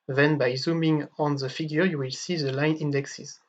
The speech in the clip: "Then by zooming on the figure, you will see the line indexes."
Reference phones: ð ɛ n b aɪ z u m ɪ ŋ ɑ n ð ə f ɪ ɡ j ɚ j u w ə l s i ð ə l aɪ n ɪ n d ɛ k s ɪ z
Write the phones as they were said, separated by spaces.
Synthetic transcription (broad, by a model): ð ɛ n b aɪ z u m ɪ ŋ ɑ n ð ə f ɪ ɡ j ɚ j u w ə l s i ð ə l aɪ n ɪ n d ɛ k s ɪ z